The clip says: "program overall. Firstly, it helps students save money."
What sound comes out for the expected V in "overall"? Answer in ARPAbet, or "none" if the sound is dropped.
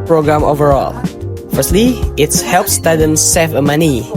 V